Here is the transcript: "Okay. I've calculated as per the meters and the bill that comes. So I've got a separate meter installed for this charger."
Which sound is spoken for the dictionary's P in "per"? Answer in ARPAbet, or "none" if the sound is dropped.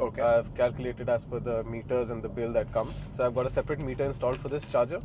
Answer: F